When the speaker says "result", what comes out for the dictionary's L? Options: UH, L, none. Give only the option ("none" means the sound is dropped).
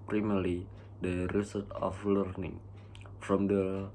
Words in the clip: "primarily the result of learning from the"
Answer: none